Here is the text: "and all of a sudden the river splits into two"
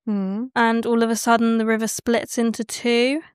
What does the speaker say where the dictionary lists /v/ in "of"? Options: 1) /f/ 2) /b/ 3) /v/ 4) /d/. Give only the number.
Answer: 3